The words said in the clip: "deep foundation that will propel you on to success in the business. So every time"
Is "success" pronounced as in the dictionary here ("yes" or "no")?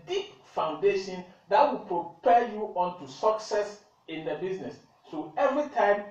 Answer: yes